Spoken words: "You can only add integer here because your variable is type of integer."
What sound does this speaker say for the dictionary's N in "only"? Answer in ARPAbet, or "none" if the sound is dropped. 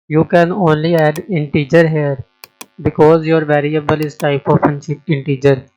N